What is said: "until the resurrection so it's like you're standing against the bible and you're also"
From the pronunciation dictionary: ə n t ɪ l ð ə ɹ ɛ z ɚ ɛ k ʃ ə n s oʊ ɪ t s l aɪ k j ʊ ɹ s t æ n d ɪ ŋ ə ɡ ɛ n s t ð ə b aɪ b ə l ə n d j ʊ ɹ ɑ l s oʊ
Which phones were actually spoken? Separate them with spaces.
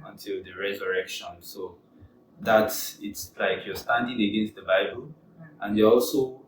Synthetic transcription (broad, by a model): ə n t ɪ l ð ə ɹ ɛ z ɚ ɛ k ʃ ə n s oʊ ɪ t s l aɪ k j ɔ s t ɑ n d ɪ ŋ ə ɡ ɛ n s t ð ə b aɪ b ə l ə n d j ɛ ɑ l s oʊ